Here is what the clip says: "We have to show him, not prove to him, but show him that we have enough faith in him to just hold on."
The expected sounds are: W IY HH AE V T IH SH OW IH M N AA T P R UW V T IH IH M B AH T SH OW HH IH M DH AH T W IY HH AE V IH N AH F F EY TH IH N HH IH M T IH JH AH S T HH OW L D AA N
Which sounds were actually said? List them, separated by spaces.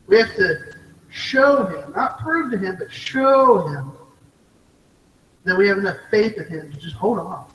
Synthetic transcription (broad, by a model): W IY HH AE F T IH SH OW IH M N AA T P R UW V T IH IH M B AH T SH OW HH IH M DH AH T W IY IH V IH N AH F F EY TH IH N HH IH M T IH JH AH S T HH OW L D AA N